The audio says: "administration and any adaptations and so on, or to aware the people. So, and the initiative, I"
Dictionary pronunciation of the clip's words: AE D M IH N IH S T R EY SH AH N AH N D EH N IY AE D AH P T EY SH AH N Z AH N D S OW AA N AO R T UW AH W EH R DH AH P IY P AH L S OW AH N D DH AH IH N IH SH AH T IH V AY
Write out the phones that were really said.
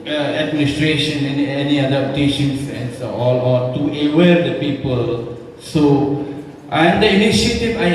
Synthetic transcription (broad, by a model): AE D M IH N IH S T R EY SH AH N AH N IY EH N IY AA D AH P T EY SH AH N S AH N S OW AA L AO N T UW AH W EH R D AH P IY P AH L S OW AH N D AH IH N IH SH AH T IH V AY